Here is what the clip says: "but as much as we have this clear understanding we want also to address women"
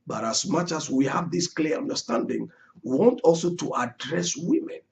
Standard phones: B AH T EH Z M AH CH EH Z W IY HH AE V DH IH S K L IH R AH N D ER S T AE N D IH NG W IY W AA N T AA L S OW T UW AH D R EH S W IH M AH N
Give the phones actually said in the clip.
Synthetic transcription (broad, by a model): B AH T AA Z M AH CH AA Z W IY HH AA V DH IH S K L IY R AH N D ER S T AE N D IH NG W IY W AA N T AA L S OW T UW AH D R EH S W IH M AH N